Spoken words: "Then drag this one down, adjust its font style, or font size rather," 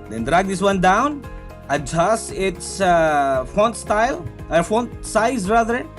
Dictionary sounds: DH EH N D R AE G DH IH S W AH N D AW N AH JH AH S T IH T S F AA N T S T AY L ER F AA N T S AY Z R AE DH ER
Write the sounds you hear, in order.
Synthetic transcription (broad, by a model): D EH N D R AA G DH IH S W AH N D AW N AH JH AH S IH T S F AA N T S T AY L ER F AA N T S AY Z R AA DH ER